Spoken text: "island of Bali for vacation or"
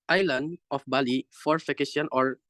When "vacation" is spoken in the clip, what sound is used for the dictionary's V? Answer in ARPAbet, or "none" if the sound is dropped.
F